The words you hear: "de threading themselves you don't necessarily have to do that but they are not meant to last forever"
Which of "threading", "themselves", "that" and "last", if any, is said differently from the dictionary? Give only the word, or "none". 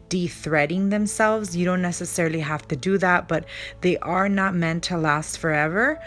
none